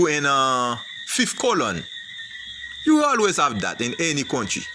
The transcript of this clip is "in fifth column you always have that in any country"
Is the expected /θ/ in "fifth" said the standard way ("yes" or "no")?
no